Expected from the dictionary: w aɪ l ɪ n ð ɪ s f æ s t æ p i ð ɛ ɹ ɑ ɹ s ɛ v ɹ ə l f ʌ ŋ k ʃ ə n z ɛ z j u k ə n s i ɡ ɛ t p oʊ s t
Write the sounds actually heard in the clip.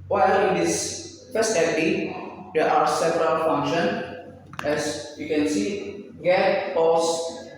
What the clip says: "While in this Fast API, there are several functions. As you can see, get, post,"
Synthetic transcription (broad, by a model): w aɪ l ɪ n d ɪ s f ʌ s t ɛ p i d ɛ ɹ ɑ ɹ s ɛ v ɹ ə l f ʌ ŋ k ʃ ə n ɛ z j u k ə n s i ɡ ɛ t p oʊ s